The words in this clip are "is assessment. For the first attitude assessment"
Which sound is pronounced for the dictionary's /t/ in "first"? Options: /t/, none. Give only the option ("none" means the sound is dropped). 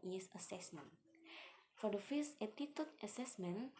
none